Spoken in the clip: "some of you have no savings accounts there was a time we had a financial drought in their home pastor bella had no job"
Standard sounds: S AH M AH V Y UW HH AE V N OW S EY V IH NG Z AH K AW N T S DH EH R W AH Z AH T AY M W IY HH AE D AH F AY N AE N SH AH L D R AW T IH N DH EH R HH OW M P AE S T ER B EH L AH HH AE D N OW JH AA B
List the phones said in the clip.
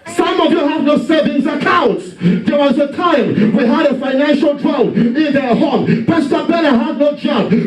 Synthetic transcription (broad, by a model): S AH M AH V Y UW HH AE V N OW S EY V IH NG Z AH K AW N T S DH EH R W AH Z AH T AY M W IY HH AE D AH F AY N AE N SH AH L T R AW IH N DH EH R HH OW M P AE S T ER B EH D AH HH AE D N OW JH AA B